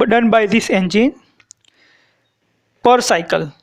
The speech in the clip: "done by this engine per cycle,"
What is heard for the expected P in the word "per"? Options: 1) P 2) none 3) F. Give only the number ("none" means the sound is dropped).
1